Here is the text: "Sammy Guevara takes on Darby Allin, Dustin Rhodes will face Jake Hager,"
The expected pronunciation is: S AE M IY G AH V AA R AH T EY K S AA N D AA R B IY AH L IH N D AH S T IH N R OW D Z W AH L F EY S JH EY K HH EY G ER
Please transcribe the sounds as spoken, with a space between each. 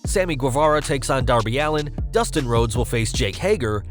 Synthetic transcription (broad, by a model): S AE M IY G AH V AA R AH T EY K S N D AA R B IY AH L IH N D AH S T IH N R OW D Z W AH L F EY S JH EY K HH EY G ER